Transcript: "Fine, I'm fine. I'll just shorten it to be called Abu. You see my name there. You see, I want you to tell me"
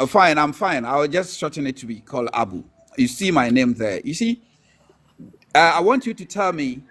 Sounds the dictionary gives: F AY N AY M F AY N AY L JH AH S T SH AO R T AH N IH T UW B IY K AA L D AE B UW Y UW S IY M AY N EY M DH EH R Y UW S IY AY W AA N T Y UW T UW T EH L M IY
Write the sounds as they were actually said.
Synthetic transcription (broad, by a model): F AY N AY M F AY N AY W JH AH S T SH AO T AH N IH T UW B IY K AA L D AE B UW Y UW S IY M AY N EY M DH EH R Y UW S IY AY W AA N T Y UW T UW T EH L M IY